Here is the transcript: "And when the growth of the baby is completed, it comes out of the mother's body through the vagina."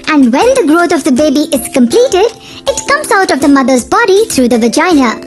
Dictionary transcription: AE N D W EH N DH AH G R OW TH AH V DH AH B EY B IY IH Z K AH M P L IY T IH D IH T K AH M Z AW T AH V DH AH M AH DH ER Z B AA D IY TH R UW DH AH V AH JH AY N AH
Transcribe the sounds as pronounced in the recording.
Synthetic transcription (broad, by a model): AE N D W EH N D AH G R OW T AH V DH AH B EY B IY IH Z K AH M P L IY T IH D IH T K AH M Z AW T AH V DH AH M AH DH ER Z B AA D IY T R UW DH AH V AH JH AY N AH